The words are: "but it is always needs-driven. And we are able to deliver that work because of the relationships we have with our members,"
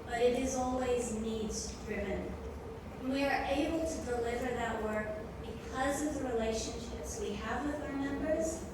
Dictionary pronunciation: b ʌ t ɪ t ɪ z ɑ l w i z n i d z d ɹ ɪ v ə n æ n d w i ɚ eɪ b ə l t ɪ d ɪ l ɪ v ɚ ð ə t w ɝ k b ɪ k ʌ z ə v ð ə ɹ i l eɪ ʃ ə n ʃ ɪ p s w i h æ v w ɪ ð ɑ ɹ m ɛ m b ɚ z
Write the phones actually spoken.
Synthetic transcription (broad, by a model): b ʌ t ɪ t ɪ z ɑ l w i z n i d z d ɹ ɪ v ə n n w i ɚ eɪ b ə l t ɪ d ɪ l ɪ v ɚ ð ə t w ɝ k b ɪ k ʌ z ə v ð ə ɹ i l eɪ ʃ ə n ʃ ɪ p s w i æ v w ɪ ð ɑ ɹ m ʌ m b ɚ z